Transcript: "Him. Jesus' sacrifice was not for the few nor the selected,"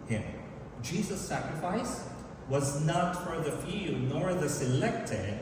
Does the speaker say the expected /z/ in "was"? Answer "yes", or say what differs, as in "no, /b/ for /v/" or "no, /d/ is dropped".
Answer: yes